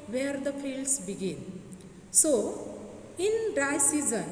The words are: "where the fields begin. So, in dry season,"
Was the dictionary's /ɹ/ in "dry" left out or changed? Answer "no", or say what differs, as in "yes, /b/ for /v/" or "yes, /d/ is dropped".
yes, /ɹ/ is dropped